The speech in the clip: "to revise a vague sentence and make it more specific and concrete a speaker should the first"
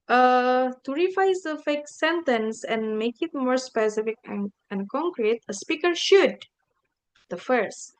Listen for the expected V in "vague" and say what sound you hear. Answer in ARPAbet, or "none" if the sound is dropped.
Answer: F